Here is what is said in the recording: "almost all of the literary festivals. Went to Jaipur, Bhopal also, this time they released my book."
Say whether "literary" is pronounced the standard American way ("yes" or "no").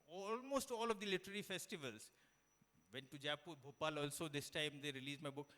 yes